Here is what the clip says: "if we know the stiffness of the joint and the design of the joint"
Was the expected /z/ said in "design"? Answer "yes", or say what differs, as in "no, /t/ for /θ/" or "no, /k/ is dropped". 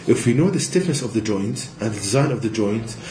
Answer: yes